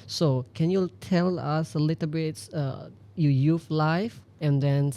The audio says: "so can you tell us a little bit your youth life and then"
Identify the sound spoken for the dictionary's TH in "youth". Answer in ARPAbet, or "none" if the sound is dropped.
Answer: F